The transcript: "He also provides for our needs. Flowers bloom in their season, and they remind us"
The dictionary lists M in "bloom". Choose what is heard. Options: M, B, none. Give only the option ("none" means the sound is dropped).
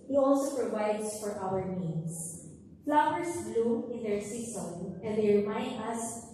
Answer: none